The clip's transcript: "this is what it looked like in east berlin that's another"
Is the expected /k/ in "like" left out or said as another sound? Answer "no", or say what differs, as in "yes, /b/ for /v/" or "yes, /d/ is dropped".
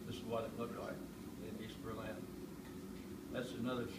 yes, /k/ is dropped